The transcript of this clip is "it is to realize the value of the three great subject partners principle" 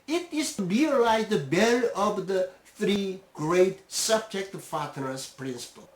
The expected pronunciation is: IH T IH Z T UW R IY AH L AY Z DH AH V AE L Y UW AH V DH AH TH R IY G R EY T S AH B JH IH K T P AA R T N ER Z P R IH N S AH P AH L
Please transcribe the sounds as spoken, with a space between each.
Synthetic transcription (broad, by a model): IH T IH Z T UW R IY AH L AY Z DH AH B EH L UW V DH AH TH R IY G R EY T S AH B JH IH K T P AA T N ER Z P R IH N S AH P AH L